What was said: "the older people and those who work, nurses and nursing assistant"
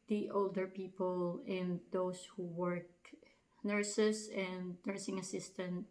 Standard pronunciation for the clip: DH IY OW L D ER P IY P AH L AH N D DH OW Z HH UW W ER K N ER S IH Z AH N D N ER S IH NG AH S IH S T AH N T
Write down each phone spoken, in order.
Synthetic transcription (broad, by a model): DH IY OW L D ER P IY P AH L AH N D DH OW S HH UW W ER K N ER S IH S AH N D N ER S IH NG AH S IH S T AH N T